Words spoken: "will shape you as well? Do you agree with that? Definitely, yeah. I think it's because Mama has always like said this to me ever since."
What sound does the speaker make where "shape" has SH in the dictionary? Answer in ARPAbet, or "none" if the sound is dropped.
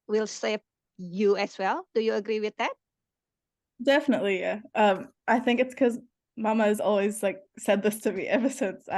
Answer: S